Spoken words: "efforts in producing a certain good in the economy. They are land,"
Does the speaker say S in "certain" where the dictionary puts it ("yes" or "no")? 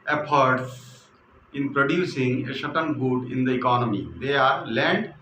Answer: no